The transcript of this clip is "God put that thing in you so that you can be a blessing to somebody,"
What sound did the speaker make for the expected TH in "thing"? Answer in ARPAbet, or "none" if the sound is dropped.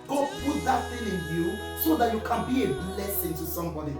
F